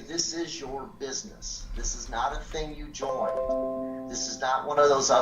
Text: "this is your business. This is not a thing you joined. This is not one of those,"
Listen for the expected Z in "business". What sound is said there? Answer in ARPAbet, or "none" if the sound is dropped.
Z